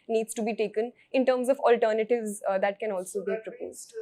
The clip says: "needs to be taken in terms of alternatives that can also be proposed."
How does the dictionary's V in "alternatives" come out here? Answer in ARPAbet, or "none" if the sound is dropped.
V